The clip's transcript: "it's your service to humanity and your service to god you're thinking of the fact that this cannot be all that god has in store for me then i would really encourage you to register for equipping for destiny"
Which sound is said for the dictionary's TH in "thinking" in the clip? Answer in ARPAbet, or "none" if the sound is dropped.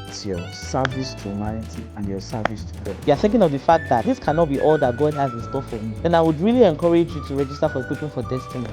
TH